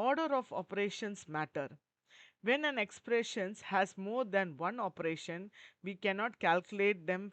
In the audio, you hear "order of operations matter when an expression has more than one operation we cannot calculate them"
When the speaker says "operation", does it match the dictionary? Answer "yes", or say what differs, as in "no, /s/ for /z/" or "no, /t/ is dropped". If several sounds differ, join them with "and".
yes